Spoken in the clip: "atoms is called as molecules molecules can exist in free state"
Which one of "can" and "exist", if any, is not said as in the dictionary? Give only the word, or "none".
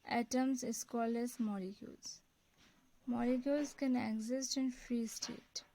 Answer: none